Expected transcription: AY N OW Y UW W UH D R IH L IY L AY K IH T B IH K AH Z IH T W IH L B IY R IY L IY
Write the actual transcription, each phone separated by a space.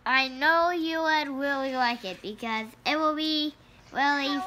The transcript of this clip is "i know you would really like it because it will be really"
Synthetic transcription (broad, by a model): AY N OW Y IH W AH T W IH L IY L AY K IH T B IH K AH Z IH T W IH L B IY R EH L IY